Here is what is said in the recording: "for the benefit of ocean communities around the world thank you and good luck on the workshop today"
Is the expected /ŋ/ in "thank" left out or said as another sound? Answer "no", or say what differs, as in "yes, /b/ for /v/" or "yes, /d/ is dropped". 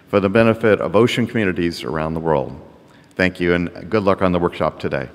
no